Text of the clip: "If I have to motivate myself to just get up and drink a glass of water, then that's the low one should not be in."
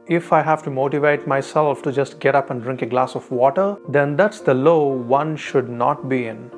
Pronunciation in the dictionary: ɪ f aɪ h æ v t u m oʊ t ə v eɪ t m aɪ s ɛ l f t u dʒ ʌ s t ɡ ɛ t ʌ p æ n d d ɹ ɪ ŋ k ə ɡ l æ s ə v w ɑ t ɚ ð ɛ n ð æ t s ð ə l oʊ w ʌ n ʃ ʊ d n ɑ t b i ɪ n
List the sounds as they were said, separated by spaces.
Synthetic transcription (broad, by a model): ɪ f aɪ h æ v t u m oʊ t ə v eɪ t m aɪ s ɛ l f t u dʒ ʌ s t ɡ ɛ t ʌ p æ n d d ɹ ɪ ŋ k ə ɡ l æ s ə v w ɑ t ɚ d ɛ n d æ t s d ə l oʊ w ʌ n ʃ ʊ d n ɑ t b i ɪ n